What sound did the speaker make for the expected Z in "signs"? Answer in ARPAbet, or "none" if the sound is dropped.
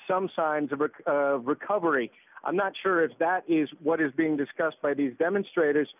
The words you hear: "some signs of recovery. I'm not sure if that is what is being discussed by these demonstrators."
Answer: Z